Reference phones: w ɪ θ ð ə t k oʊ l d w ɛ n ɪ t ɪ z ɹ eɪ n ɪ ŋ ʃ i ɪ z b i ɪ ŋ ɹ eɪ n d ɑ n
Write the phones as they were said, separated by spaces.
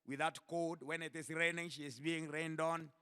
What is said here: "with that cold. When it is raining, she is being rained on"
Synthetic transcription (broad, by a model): w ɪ ð ə t k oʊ d w ɛ n ɪ t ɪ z ɹ eɪ n ɪ ŋ ʃ i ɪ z b i ɪ ŋ ɹ eɪ n d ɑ n